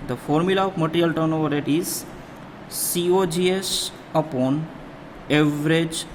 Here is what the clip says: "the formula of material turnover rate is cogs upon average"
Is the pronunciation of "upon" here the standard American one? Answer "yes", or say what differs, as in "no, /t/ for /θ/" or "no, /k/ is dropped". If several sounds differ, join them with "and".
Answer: yes